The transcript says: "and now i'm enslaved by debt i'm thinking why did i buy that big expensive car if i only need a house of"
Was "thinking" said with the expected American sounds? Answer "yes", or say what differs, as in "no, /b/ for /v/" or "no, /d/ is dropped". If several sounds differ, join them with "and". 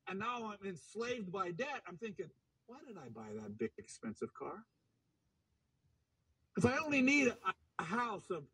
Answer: yes